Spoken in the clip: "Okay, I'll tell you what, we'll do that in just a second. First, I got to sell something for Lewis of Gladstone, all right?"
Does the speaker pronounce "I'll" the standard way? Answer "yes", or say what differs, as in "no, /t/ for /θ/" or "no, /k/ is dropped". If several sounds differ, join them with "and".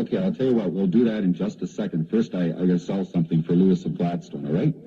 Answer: yes